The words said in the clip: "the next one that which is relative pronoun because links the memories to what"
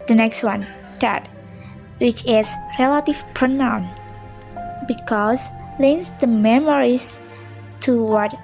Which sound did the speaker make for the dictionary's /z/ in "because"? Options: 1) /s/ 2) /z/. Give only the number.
1